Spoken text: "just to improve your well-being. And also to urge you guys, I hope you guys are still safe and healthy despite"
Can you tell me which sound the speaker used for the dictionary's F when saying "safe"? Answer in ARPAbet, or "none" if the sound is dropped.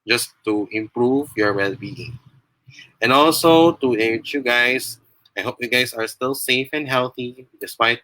F